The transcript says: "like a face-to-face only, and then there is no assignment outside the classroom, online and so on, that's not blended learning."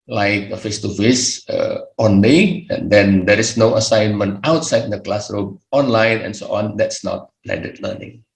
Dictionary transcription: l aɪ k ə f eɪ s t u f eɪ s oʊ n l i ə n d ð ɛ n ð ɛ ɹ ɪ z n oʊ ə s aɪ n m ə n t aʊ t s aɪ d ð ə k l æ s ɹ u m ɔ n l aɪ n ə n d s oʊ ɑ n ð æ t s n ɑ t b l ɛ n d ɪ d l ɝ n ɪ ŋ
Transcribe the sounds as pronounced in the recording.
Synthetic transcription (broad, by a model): l aɪ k ə f eɪ s t u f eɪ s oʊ n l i ə n d ɛ n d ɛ ɹ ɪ s n oʊ ə s aɪ n m ə n t aʊ t s aɪ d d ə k l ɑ s ɹ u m ɔ n l aɪ n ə n s oʊ ɑ n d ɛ t s n ɑ t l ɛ d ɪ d l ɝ n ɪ ŋ